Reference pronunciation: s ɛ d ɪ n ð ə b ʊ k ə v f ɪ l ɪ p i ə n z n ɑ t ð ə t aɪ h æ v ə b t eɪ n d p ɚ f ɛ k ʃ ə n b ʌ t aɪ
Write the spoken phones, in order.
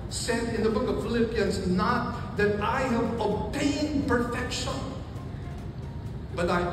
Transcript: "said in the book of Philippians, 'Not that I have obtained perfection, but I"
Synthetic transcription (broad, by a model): s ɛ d ɪ n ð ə b ʊ k ə v f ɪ l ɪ p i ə n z n ɑ t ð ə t aɪ h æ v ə t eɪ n p ɚ f ɛ k ʃ ə n b ʌ t aɪ